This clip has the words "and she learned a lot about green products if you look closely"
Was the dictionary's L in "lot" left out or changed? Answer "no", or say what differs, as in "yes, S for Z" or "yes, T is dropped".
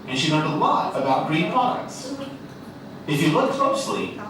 yes, W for L